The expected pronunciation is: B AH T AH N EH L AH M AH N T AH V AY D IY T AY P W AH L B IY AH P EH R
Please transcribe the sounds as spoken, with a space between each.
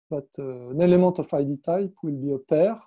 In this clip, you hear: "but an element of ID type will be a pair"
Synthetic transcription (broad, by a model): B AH T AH N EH L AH M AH T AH F AY D IY T AY P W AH L B IY AH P EH R